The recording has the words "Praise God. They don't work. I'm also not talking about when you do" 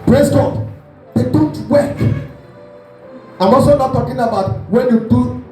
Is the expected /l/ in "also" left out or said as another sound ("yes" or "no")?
yes